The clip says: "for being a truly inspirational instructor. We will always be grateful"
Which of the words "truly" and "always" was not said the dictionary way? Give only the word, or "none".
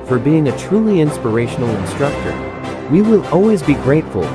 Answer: none